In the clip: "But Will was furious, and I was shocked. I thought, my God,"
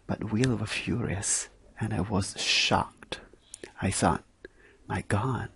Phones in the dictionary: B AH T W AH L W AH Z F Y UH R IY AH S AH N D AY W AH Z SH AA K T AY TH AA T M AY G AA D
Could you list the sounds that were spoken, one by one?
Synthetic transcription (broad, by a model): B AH T W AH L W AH F Y UH R IY AH S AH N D AY W AH Z SH AA K T AY S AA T M AY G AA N